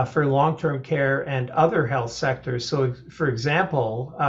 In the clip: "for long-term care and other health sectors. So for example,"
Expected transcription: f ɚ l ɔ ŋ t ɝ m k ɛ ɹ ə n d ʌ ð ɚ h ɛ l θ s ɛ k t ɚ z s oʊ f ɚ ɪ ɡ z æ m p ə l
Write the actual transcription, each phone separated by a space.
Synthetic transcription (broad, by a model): f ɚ l ɔ ŋ t ɝ m k ɛ ɹ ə n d ʌ ð ɚ h ɛ l θ s ɛ k t ɚ z s oʊ f ɚ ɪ ɡ z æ m p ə l